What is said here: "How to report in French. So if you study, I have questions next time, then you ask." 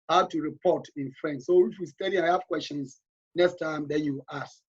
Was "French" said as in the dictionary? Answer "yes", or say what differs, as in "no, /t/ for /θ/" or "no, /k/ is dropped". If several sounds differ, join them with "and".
no, /s/ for /tʃ/